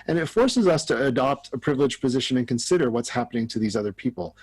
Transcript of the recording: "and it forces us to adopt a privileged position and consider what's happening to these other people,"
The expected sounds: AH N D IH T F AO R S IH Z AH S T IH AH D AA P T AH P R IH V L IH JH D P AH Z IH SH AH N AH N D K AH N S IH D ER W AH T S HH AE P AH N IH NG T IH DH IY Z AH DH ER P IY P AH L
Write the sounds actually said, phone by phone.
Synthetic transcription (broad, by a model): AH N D IH T F AO R S IH Z AH S T IH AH D AA P T AH P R IH V L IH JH P AH Z IH SH AH N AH N K AH N S IH D ER W AH T S HH AE P AH N IH NG T IH DH IY Z AH DH ER P IY P L